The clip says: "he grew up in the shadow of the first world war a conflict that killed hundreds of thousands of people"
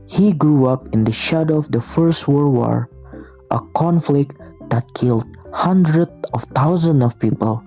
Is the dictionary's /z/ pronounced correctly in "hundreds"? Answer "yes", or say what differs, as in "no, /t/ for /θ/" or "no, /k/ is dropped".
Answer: no, /z/ is dropped